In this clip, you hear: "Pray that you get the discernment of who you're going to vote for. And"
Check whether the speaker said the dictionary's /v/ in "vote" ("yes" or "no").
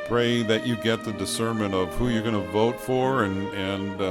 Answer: yes